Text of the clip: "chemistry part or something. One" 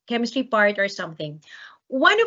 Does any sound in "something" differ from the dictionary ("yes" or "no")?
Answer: no